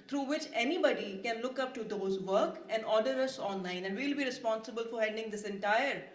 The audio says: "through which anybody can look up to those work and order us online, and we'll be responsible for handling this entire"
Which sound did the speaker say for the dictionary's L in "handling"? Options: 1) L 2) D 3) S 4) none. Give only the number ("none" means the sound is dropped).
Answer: 4